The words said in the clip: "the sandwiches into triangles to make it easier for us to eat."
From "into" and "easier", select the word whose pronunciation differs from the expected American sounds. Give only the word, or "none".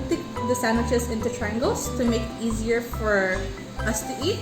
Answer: none